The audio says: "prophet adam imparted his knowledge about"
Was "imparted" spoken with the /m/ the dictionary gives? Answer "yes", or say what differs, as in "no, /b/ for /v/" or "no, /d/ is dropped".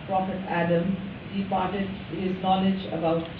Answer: no, /m/ is dropped